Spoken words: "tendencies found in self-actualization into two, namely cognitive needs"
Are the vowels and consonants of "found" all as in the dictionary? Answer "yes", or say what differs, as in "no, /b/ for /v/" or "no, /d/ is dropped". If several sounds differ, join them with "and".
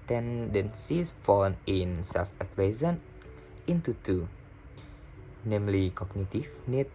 no, /d/ is dropped